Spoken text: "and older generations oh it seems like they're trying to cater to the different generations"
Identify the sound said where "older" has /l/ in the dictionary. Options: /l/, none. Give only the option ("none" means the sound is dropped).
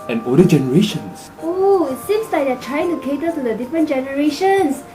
none